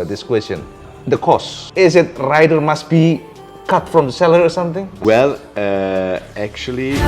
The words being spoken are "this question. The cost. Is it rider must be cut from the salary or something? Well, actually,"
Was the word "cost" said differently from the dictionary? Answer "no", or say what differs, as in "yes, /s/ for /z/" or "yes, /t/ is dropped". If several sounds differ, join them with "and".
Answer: yes, /t/ is dropped